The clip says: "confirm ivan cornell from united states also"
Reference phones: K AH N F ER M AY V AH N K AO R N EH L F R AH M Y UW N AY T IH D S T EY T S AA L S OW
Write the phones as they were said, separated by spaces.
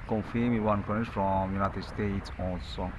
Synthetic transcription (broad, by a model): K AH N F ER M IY W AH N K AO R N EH F R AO M Y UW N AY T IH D S T EY T S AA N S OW